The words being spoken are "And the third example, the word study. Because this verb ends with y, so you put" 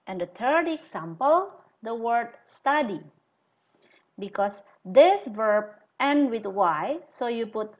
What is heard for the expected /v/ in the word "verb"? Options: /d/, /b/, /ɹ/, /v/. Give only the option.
/v/